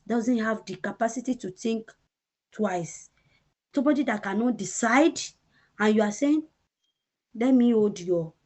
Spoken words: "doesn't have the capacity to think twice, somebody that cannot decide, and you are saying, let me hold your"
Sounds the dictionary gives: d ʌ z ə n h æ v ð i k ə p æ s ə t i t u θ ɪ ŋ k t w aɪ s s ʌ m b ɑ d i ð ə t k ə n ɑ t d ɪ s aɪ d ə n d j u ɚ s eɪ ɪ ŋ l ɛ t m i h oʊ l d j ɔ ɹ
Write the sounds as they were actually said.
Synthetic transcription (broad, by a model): d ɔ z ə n h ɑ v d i k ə p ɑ s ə t i t u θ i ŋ k t w aɪ s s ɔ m b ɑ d i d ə t k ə n ɑ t d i s aɪ d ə n j u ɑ s eɪ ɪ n l ɛ t m i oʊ d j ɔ